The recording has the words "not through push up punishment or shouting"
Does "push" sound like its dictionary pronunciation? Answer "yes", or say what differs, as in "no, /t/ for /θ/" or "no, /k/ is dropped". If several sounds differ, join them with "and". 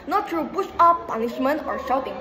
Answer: no, /b/ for /p/ and /s/ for /ʃ/